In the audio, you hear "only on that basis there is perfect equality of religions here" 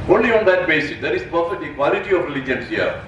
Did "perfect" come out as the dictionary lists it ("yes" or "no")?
no